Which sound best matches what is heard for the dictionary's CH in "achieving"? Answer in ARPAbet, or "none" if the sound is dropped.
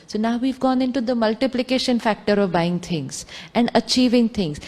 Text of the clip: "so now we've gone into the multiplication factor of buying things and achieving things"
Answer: CH